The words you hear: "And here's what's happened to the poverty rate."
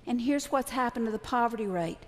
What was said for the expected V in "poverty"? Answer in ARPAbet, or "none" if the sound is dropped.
V